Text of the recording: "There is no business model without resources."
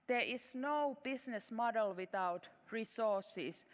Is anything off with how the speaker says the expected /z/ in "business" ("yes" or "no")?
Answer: yes